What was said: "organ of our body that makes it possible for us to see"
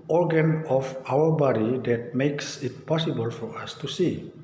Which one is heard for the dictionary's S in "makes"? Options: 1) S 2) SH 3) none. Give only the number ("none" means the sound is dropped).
1